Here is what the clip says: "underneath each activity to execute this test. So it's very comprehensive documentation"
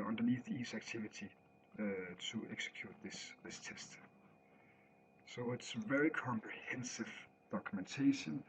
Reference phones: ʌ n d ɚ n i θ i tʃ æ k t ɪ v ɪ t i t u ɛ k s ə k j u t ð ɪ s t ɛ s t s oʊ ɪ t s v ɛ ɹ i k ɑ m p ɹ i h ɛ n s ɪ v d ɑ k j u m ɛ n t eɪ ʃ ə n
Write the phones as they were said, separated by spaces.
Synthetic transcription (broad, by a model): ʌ n d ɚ n i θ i s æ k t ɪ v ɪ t i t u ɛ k s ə k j u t ð ɪ s t ɛ s t s oʊ ɪ t s v ɛ ɹ i k ɑ m p ɹ i h ɛ n s ɪ v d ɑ k j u m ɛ n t eɪ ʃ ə n